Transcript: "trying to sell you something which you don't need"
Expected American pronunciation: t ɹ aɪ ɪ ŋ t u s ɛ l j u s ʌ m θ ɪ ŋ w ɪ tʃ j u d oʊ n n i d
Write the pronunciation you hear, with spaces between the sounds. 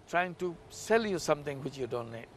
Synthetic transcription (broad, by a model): t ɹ aɪ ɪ ŋ t u s ɛ l j u s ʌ m t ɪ ŋ w ɪ tʃ j u d oʊ n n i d